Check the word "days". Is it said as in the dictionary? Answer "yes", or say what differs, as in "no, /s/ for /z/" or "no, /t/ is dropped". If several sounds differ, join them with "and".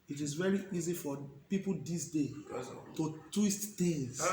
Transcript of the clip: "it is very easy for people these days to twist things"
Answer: no, /z/ is dropped